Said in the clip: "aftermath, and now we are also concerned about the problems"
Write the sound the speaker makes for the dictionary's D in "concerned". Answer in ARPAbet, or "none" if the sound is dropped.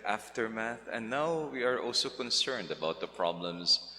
D